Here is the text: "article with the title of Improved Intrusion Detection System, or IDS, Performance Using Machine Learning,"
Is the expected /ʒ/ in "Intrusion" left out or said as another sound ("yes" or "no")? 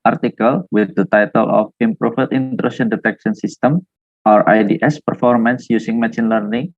yes